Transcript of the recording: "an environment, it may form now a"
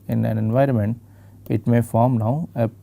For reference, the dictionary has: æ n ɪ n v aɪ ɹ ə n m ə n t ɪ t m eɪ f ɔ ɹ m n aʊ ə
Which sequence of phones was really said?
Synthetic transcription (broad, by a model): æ n ɪ n v aɪ ɹ ə n m ə n t ɪ t m eɪ f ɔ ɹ m n aʊ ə